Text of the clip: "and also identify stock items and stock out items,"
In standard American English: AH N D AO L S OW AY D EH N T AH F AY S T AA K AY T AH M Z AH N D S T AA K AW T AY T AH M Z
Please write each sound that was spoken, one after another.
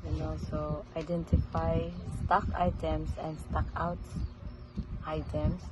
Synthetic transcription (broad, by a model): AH N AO S OW AY D EH N T AH F AY S T AA K AY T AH M S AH N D S T AA K AW T AY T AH M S